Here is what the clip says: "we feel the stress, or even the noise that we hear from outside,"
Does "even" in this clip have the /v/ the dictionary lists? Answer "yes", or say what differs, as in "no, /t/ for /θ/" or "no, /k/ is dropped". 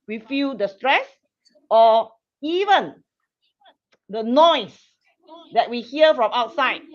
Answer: yes